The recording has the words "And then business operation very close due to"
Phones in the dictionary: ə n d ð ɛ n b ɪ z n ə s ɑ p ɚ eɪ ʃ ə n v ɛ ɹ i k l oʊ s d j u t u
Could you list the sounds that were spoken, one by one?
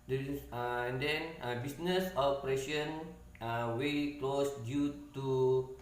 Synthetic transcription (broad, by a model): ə n d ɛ n b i s n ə s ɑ p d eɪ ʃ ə n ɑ w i k l oʊ s d j u t u